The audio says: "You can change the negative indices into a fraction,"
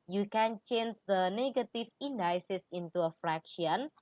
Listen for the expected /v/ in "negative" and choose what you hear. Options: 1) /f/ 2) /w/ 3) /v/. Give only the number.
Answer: 1